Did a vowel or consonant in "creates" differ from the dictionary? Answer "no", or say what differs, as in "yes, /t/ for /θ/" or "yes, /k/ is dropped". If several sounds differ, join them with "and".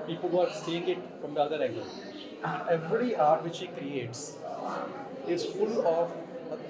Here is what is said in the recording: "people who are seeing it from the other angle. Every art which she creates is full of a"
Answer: no